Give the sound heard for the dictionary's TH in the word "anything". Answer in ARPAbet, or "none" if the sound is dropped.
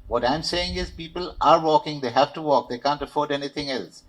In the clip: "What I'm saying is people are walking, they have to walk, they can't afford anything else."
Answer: T